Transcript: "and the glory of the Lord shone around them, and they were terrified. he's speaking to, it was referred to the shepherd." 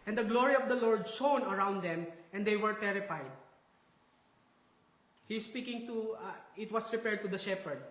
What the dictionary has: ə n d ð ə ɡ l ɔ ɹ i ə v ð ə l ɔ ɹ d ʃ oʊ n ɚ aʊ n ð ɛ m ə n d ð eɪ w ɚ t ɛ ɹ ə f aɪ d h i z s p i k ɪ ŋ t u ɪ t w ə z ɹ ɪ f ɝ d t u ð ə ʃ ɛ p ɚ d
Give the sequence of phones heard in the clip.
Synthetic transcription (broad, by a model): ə n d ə ɡ l ɔ ɹ i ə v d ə l ɔ ɹ d ʃ oʊ n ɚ aʊ n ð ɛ m ə n d eɪ w ɚ t ɛ ɹ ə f aɪ d h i s p i k ɪ ŋ t u ɪ t w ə s ɹ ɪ p ɝ d t u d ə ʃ ɛ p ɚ d